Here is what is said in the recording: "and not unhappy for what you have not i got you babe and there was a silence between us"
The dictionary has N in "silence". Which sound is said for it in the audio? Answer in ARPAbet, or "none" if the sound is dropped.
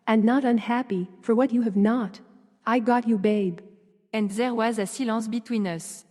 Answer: none